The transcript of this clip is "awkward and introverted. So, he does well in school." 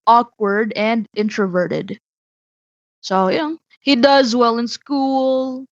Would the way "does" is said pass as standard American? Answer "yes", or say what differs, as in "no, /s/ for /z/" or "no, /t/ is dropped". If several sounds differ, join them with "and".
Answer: yes